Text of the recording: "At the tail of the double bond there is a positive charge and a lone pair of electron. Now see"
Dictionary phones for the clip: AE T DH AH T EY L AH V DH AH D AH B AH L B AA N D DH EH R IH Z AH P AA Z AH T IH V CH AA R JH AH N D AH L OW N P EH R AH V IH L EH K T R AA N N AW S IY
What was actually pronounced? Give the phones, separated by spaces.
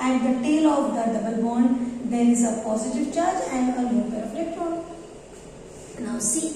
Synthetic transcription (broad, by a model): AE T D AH T EY L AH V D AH D AH B AH L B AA N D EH R IH Z AH P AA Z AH T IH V CH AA R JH AH N D AH N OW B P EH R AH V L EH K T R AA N N AW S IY